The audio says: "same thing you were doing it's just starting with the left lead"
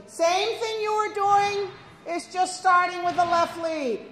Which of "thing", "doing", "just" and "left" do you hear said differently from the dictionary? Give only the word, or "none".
none